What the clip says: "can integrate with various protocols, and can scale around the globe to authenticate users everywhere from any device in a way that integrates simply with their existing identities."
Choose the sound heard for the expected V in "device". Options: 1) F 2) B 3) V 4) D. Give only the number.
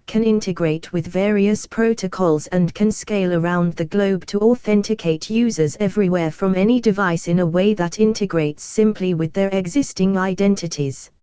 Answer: 3